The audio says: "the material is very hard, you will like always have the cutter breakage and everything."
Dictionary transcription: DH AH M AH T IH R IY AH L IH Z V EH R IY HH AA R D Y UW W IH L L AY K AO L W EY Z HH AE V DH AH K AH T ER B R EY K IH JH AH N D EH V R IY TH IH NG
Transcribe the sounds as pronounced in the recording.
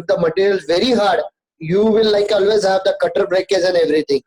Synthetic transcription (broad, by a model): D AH M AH T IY R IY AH L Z V EH R IY HH AA R D Y UW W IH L L AY K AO L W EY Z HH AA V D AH K AH T ER B R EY K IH Z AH N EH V R IY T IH NG